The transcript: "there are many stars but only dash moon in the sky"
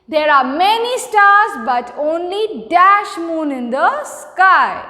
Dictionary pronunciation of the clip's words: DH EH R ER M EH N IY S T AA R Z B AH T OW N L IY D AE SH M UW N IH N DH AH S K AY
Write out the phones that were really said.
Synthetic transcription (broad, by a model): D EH R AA M EH N IY S T AA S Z B AH T OW N L IY D AE SH M UW N IH N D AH S K AY